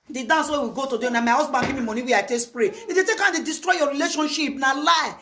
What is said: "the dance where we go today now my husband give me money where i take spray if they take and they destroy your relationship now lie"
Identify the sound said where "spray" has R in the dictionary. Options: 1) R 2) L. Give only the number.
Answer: 1